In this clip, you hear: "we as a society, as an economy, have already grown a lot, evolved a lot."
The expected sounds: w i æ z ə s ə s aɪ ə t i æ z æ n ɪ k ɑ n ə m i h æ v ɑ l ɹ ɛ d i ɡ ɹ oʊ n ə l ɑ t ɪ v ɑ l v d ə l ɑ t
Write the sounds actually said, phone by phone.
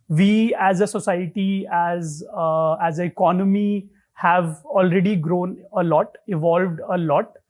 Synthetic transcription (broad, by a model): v i æ z ə s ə s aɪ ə t i æ z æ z ɪ k ɑ n ə m i h æ v ɑ l ɹ ɛ d i ɡ ɹ oʊ n ə l ɑ t ɪ v ɑ l v d ə l ɑ t